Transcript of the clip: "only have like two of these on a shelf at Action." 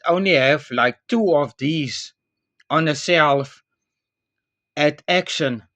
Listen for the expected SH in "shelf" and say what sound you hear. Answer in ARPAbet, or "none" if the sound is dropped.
S